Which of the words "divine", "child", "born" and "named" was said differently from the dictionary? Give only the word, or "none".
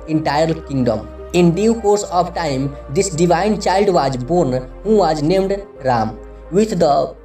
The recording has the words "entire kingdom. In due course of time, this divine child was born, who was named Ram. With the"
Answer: none